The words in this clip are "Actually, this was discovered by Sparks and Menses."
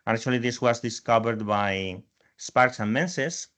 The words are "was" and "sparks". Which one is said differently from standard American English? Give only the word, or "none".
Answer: none